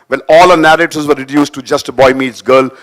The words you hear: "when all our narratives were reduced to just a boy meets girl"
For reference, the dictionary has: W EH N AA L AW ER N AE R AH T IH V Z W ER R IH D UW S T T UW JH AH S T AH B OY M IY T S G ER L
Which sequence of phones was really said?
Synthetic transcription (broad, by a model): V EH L AA L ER N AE R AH T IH Z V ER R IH D UW S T T UW JH AH S T AH B OY M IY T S G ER L